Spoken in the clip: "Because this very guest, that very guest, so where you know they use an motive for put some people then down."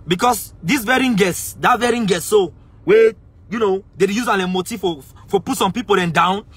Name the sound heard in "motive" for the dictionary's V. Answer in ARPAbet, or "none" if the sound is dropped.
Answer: F